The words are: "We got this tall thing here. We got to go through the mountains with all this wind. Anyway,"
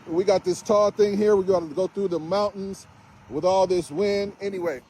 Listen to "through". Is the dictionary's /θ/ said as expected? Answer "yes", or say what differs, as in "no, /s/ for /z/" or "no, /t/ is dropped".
yes